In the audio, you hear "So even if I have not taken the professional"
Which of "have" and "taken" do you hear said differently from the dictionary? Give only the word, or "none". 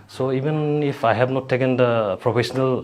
have